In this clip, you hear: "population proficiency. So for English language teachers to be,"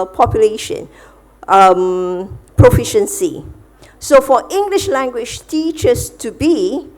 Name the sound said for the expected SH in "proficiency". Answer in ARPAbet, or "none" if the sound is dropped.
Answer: SH